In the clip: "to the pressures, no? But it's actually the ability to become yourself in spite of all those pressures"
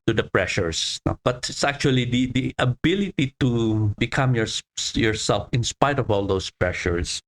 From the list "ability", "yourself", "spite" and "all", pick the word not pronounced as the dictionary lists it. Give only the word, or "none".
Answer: none